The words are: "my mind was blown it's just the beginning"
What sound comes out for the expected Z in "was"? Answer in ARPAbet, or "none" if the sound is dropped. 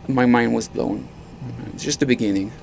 Z